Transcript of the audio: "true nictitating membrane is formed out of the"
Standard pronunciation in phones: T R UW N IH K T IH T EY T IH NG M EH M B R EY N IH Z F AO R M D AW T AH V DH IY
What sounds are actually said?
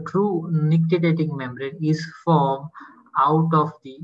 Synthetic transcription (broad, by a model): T R UW N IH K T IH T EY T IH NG M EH M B R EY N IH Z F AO R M AW T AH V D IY